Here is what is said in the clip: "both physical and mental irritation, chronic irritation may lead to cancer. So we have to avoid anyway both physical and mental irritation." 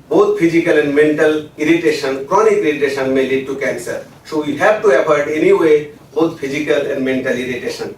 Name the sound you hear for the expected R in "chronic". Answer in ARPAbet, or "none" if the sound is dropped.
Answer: R